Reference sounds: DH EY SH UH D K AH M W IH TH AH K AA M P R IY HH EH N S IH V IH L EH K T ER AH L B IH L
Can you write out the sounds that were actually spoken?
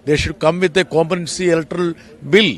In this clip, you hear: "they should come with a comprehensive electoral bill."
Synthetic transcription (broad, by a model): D EY SH UH D K AH M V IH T AH K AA M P IY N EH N S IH IH L T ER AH L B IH L